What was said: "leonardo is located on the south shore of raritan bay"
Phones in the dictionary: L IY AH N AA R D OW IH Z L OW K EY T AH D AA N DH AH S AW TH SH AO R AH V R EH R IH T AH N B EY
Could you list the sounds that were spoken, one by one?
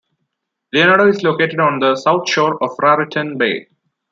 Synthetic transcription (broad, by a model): L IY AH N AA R D OW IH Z L OW K EY T AH D AA N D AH S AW T SH AO R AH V R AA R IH T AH N B EY